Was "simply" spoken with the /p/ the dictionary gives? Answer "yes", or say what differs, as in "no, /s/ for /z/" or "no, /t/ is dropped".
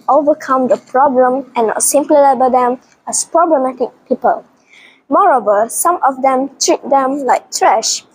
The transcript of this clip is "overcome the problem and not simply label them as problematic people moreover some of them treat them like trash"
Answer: yes